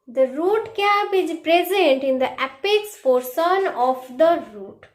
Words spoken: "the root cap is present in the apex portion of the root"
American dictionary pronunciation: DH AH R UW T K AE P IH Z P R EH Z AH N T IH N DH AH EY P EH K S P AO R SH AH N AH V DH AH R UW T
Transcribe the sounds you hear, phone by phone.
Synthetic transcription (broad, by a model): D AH R UW T K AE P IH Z P R EH Z AH N T IH N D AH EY P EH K S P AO R S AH N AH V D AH R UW T